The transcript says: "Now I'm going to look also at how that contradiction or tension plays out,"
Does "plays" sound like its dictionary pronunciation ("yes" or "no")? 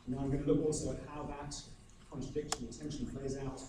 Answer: yes